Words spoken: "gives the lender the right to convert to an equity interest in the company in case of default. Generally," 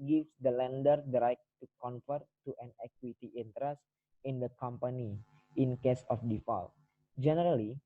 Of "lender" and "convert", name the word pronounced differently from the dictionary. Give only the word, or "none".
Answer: convert